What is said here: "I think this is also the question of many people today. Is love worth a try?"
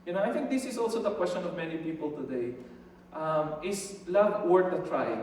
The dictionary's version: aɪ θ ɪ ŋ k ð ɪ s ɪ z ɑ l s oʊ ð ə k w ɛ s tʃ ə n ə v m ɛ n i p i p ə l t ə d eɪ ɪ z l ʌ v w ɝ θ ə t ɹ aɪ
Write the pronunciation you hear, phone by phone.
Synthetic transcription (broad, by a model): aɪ θ ɪ ŋ k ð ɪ s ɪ s ɑ l s oʊ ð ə k w ɛ s tʃ ə n ə v m ɛ n i p i p ə l t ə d eɪ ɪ s l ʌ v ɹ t ə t ɹ aɪ